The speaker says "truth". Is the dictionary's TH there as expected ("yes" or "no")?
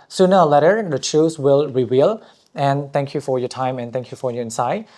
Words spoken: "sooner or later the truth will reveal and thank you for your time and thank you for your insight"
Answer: no